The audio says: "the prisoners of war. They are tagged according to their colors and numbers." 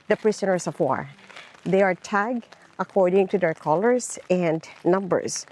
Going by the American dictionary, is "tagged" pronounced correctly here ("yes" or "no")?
no